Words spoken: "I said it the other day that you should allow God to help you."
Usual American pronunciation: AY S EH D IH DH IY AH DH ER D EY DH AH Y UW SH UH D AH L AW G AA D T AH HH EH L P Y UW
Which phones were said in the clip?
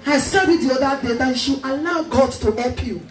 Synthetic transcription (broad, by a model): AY S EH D IH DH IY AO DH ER D EY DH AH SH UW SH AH N AW G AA T AH HH EH L P Y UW